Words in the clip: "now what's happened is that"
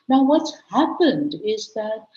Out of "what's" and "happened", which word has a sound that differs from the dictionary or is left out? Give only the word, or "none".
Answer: none